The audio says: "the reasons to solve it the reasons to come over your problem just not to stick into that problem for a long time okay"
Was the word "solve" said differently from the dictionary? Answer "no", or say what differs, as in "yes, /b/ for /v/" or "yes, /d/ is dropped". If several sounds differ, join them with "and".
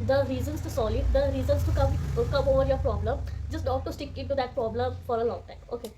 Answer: yes, /v/ is dropped